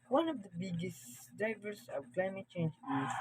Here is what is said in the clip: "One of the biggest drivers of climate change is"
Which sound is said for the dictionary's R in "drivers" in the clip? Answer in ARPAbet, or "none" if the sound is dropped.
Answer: none